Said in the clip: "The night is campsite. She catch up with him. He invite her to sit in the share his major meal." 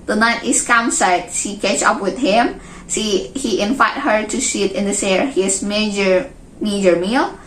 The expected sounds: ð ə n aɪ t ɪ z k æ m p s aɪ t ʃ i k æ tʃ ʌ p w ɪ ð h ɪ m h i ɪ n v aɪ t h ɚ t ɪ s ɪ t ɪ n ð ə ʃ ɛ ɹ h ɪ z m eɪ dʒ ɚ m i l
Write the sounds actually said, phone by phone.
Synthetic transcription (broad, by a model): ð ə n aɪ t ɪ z k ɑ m s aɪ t ʃ i k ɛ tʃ ʌ p w ɪ ð h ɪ m h i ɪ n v aɪ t h ɚ t ɪ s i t ɪ n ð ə s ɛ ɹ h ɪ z m eɪ dʒ ɚ m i l